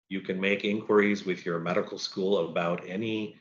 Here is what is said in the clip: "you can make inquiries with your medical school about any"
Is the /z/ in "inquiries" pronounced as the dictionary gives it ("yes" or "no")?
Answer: yes